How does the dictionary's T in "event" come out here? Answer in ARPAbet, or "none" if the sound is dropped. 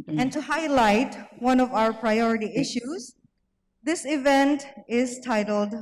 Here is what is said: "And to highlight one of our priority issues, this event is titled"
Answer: T